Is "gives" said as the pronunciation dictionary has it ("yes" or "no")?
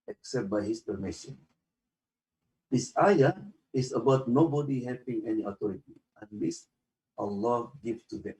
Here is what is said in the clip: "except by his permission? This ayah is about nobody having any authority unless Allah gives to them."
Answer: no